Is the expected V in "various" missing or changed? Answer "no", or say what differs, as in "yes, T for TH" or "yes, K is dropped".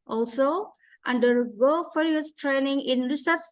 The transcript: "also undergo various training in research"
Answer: yes, F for V